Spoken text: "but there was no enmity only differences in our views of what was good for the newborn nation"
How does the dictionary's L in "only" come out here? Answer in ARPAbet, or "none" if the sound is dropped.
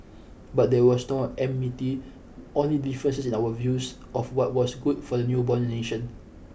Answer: L